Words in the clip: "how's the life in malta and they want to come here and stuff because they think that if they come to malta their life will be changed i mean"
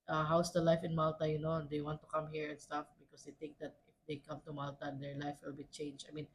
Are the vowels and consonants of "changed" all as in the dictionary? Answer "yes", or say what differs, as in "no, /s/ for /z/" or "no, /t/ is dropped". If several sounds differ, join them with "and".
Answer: no, /d/ is dropped